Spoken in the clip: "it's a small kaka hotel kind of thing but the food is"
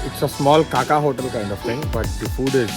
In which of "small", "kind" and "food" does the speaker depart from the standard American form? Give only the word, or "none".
none